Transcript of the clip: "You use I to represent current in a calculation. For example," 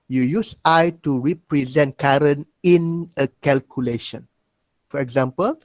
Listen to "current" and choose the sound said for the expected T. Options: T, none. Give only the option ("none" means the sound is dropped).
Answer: none